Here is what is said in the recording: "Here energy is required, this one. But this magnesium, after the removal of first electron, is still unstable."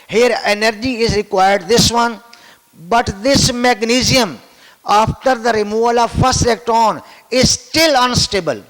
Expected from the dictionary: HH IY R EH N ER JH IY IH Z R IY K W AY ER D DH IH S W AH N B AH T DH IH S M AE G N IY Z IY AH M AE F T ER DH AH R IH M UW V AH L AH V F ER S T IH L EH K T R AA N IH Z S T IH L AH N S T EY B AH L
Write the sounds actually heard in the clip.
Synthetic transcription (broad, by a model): HH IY R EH N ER JH IY IH Z R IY K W AY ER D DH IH S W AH N B AH T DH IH S M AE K N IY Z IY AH M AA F T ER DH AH R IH M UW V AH L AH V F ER S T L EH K T AA N IH Z S T IH L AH N S T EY B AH L